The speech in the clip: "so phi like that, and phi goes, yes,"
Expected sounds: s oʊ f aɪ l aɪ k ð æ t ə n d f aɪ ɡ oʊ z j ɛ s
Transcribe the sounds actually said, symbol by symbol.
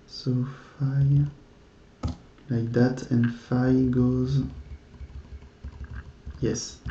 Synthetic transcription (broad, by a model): s oʊ f aɪ l aɪ k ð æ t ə n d f aɪ ɡ oʊ z j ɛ s